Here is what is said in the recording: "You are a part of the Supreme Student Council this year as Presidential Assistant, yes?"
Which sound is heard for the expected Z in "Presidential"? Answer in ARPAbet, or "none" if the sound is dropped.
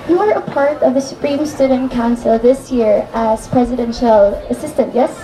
Z